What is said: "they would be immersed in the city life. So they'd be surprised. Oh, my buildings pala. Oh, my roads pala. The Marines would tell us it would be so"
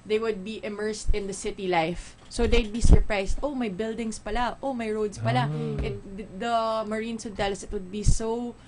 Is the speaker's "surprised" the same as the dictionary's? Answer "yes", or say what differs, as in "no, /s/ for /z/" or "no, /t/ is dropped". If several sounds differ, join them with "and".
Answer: no, /s/ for /z/